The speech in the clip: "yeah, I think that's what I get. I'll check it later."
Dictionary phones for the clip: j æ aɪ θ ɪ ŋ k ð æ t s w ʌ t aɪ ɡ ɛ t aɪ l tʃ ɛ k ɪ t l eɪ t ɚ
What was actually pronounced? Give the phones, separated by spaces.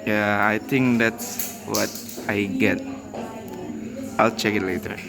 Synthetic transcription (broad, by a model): j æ aɪ t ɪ ŋ k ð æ t s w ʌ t aɪ ɡ ɛ t aɪ l tʃ ɛ k ɪ t l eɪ t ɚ